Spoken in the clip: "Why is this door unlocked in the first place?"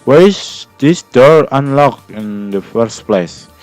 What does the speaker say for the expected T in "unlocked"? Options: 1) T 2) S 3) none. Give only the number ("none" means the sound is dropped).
3